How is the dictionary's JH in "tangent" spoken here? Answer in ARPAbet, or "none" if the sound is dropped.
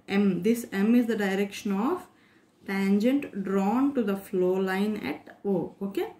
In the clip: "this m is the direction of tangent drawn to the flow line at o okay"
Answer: JH